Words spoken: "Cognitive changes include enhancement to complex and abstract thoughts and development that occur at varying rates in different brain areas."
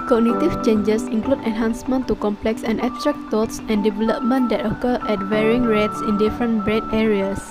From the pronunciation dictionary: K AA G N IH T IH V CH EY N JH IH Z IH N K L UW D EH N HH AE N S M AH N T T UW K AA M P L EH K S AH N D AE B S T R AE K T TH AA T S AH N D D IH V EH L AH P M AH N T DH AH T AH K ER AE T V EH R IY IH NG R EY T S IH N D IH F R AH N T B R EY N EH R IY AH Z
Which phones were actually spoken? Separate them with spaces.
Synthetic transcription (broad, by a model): K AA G N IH T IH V CH EY N JH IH S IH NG K L UW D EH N HH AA N S M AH N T T UW K AA M P L EH K S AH N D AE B S T R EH K T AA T S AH N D D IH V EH L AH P M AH N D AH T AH K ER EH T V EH R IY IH NG R EY T S IH N D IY F R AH N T B R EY N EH R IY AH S